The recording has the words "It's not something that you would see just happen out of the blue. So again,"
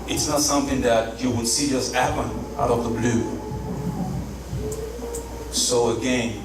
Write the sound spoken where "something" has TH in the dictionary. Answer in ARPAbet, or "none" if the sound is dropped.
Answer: TH